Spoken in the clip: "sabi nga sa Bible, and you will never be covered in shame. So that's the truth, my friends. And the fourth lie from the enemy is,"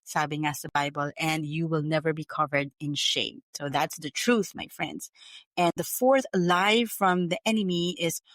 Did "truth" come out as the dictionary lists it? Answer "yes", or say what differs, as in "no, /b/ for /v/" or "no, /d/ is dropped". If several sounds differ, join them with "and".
yes